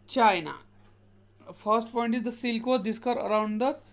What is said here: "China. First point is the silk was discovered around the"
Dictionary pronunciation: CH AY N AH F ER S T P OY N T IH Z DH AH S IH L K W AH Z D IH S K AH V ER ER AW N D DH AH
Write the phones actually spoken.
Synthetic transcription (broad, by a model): CH AY N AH F ER S T P OY N T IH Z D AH S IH L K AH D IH S K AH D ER ER AW N D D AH